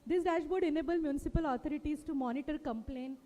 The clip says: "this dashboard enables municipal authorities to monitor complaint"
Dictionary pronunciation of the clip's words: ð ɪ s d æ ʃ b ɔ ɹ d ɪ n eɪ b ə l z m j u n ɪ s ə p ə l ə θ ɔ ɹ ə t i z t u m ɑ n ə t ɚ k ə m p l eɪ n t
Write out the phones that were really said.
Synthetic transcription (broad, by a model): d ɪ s d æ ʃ b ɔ ɹ d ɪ n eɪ b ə l m j u n ɪ s ə p ə l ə t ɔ ɹ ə t i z t u m ɑ n ə t ɚ k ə m p l eɪ n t